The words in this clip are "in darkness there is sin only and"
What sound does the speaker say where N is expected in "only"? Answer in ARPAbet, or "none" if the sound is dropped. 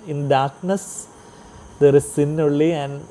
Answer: none